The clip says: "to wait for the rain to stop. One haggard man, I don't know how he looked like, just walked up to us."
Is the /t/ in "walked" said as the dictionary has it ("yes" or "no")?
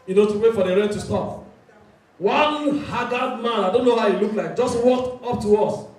yes